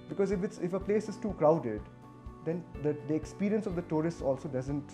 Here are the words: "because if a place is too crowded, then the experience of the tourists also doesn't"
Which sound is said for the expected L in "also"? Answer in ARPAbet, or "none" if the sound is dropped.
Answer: L